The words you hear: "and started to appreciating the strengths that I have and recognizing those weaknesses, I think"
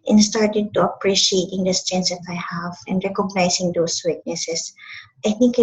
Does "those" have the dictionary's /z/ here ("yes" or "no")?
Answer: no